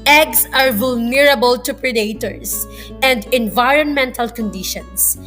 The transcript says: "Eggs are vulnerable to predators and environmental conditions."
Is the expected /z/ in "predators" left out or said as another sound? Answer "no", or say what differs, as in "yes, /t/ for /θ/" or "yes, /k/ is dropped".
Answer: yes, /s/ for /z/